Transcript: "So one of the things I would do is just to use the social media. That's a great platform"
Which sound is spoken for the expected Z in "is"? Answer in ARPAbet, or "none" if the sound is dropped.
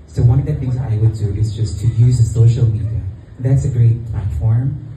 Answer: Z